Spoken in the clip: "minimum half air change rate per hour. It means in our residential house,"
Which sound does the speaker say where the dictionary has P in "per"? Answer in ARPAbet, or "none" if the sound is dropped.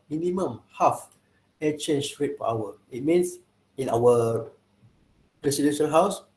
F